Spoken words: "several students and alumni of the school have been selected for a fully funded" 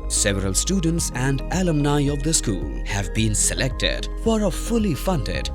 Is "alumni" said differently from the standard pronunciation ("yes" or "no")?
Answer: no